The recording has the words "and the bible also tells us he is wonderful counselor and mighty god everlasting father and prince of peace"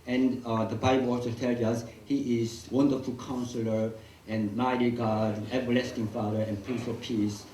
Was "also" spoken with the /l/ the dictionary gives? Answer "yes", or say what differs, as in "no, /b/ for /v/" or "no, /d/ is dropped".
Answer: no, /l/ is dropped